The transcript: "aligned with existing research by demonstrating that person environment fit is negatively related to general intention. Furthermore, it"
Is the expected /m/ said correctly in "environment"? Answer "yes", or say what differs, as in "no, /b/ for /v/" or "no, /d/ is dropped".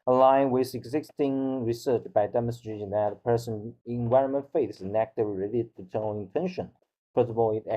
yes